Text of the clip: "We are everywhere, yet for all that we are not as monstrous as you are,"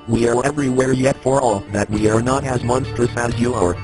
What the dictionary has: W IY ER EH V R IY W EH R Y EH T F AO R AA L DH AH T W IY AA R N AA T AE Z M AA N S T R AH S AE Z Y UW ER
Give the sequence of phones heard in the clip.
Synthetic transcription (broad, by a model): W IY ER EH V R IY W EH R Y EH T F AO R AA DH AH T W IY AA R N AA T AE Z M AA N S T R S AE Z Y UW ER